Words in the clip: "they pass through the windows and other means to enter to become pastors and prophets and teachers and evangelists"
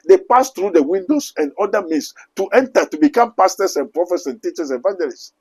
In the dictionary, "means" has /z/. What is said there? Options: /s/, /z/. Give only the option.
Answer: /s/